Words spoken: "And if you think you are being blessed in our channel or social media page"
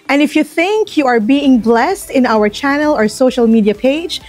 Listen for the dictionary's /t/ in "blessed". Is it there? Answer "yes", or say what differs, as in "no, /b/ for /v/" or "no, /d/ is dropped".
yes